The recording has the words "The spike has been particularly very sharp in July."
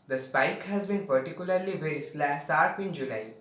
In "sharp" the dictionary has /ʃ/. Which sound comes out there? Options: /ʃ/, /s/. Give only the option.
/s/